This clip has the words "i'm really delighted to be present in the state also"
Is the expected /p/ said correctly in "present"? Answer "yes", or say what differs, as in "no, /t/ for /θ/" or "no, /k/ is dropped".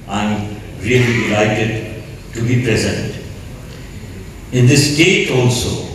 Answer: yes